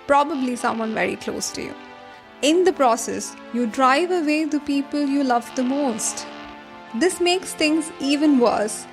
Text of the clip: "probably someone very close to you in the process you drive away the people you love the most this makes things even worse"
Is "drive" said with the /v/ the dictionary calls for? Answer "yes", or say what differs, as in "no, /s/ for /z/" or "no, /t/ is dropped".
yes